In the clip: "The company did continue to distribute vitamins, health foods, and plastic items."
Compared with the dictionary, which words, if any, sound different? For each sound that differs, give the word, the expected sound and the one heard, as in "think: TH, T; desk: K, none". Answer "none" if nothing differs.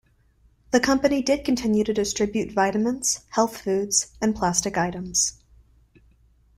vitamins: Z, S